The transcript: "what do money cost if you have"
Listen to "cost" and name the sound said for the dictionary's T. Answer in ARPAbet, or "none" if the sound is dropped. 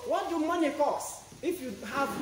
none